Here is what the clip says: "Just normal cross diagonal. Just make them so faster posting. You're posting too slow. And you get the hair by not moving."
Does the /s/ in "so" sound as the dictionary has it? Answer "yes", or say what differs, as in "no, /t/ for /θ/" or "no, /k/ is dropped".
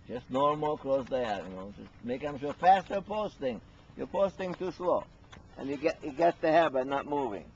no, /ʃ/ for /s/